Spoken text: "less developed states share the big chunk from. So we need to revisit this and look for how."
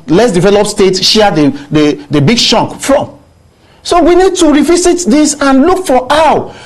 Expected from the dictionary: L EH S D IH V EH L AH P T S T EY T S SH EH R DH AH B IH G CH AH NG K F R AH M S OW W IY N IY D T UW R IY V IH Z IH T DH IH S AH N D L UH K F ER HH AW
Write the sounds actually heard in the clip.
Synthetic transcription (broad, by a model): L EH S D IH V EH L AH P S T EY T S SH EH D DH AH B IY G SH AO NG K F R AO M S OW W IY N IY D T UW R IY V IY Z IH T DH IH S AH N L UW K F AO AW